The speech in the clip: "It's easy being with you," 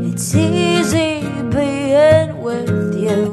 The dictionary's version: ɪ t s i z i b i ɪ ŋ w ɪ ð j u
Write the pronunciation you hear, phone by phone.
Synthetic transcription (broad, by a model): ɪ t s i z i b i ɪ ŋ w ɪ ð j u